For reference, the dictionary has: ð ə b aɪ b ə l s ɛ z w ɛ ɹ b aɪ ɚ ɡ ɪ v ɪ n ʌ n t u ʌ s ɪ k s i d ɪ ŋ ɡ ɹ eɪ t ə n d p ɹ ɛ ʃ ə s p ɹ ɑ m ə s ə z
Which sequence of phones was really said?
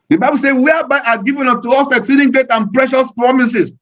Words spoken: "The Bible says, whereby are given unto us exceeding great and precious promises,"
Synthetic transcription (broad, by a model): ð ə b aɪ b ə l s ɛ w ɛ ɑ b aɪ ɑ ɡ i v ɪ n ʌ t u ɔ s ɪ k s i d ɪ ŋ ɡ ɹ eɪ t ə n p ɹ ɛ ʃ ə s p ɹ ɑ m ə s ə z